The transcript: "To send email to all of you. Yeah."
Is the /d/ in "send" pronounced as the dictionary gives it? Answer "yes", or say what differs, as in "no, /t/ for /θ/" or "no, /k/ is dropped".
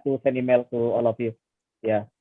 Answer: no, /d/ is dropped